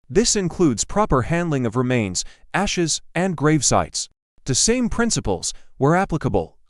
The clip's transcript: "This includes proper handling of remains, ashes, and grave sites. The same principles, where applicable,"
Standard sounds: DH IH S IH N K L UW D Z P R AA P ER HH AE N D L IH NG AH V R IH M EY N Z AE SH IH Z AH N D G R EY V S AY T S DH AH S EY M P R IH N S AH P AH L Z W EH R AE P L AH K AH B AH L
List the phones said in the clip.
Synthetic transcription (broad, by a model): DH IH S IH N K L UW D Z P R AA P ER HH AE N D L IH NG AH V R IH M EY N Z AE SH IH Z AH N G R EY V S AY T S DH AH S EY M P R IH N S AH P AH L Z W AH R AE P L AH K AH B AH L